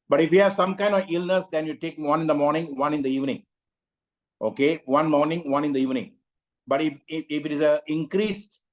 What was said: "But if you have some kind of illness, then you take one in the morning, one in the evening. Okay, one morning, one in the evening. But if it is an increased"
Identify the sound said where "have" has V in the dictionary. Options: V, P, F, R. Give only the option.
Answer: V